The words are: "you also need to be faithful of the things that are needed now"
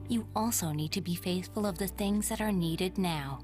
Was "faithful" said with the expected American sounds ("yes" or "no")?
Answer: yes